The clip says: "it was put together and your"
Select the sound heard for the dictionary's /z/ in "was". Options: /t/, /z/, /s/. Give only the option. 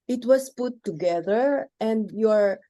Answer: /s/